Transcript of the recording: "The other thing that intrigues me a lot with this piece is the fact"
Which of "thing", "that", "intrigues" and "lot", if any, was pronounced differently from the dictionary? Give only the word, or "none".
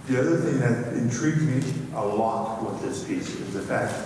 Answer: none